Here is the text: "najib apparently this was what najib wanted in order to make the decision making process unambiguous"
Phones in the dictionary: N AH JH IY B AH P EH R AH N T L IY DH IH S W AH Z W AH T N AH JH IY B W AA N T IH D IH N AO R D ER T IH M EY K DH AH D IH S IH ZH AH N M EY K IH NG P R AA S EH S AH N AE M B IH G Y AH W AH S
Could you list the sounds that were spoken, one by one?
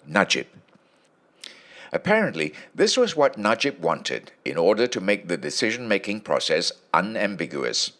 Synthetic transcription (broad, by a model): N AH JH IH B AH P EH R AH N T L IY DH IH S W AH Z W AH T N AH JH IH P W AA N T IH D IH N AO R D ER T IH M EY K DH AH D IH S IH ZH AH N M EY K IH NG P R AA S EH S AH N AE M B IH G Y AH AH S